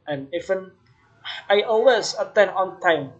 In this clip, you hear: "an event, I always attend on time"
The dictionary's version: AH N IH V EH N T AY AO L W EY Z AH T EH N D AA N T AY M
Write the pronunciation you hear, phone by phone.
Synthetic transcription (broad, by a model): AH N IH F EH N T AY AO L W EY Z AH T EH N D AA N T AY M